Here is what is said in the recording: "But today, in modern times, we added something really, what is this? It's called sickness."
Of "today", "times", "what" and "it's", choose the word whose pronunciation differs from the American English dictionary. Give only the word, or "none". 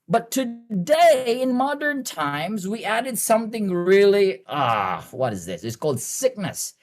none